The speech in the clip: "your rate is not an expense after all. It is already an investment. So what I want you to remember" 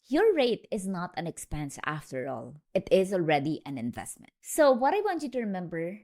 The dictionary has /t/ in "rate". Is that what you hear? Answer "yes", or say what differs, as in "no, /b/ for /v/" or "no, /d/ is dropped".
yes